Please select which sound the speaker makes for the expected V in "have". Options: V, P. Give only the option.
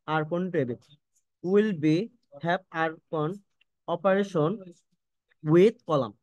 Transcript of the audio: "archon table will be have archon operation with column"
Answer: P